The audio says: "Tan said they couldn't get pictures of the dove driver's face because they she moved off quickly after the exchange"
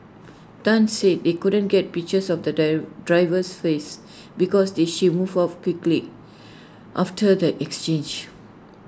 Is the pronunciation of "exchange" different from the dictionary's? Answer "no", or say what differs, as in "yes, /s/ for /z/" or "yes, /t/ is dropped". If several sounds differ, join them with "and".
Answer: no